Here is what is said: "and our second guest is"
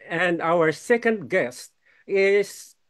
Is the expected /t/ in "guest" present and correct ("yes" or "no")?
yes